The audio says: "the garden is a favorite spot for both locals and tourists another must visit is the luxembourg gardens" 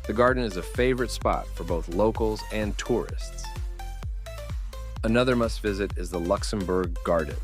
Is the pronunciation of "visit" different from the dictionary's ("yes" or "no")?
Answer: no